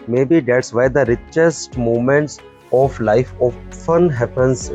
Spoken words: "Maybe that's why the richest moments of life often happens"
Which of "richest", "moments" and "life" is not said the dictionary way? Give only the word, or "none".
none